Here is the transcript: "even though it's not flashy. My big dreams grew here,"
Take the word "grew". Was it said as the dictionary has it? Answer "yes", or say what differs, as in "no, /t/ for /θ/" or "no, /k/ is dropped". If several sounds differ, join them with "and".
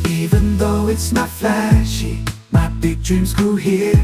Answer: no, /ɹ/ is dropped